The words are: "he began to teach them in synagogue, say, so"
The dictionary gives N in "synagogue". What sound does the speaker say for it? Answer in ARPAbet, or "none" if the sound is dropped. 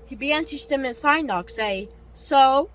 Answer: none